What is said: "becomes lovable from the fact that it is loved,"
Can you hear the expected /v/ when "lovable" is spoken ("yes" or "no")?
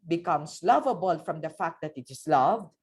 yes